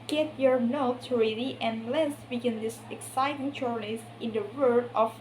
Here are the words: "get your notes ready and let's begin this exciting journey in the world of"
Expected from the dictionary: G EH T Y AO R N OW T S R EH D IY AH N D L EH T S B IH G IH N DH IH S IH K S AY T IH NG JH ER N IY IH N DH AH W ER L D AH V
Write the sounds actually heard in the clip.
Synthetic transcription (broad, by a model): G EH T Y AO R N OW T S R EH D IY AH N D L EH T S B IH G IH N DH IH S IH K S AY T IH NG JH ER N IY IH N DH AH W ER D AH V